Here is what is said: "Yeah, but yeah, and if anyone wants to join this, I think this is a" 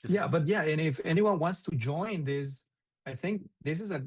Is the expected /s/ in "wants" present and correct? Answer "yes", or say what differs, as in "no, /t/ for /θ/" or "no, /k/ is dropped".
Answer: yes